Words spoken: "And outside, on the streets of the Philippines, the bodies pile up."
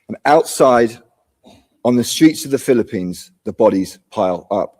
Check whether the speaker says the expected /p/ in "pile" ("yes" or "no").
yes